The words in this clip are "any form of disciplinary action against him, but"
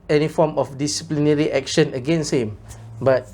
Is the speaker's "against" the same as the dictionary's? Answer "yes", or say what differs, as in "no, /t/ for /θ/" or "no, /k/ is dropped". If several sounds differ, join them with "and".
no, /t/ is dropped